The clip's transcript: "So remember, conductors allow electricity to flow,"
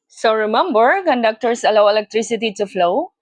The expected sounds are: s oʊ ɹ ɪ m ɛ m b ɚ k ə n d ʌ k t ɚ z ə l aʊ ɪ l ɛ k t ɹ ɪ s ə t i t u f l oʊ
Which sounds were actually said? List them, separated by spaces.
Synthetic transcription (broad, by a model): s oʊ ɹ ɪ m ɛ m b ɚ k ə n d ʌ k t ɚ s ə l aʊ ɪ l ɛ k t ɹ ɪ s ə t i t u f l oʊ